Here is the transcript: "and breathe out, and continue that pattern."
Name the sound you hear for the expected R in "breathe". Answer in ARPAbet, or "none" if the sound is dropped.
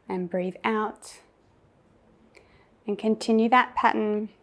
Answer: R